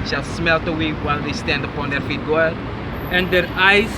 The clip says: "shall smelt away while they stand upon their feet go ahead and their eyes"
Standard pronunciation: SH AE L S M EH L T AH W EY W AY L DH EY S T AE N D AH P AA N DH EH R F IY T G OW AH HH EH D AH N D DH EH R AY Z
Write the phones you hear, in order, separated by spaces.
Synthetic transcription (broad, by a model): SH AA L S M EH L T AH W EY W AY L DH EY S T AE N D AH P AA N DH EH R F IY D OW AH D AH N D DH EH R AY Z